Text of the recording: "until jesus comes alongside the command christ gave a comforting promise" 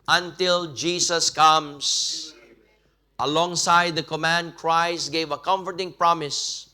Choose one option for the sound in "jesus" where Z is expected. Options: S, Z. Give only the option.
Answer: S